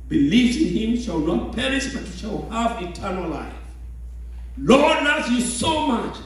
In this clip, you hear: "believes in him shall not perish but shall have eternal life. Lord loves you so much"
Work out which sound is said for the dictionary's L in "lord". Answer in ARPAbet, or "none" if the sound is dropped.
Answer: L